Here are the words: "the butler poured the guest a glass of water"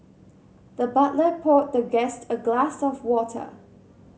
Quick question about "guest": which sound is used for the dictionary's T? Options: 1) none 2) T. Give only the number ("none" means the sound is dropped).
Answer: 2